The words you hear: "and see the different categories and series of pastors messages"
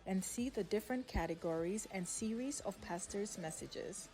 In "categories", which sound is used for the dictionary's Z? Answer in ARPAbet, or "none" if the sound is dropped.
Z